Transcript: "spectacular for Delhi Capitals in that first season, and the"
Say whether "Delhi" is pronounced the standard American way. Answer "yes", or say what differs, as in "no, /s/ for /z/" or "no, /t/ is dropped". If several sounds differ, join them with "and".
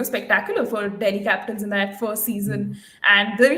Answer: no, /n/ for /l/